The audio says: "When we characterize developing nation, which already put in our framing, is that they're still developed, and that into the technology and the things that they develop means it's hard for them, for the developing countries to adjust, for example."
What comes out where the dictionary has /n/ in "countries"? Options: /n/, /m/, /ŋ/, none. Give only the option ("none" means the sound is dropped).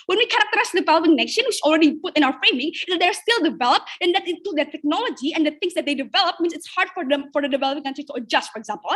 none